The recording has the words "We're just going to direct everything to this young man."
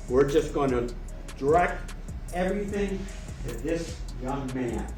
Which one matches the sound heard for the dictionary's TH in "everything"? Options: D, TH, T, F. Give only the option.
TH